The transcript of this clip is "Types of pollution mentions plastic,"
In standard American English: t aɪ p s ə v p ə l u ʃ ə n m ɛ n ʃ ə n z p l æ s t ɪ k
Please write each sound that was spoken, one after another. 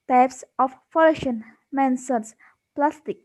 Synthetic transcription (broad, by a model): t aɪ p s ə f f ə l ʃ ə n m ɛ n s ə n s p l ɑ s t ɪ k